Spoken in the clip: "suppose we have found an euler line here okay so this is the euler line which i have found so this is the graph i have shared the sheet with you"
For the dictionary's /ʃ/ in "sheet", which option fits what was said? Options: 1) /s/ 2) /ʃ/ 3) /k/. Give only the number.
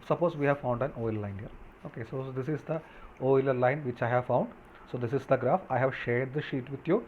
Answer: 2